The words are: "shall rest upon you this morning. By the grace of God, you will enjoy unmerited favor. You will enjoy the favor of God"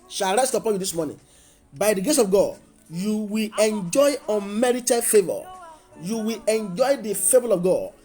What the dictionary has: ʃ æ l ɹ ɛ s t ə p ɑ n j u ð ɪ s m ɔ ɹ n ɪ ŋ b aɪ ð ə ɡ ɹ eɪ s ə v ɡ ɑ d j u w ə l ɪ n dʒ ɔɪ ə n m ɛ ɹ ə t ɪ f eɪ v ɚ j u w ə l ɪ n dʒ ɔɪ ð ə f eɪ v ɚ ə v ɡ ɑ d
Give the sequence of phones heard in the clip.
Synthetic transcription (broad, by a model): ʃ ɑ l ɹ ɛ s t ə p ɑ n j u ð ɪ s m ɔ n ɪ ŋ b aɪ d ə ɡ eɪ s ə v ɡ ɑ d j u w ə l ɪ n dʒ ɔɪ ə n m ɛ ɹ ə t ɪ f eɪ v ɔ j u w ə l ɪ n dʒ ɔɪ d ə f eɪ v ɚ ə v ɡ ɑ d